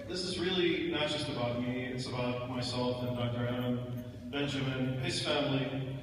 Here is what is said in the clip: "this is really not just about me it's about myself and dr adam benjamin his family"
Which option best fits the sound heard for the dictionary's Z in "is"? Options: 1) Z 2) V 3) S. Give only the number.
1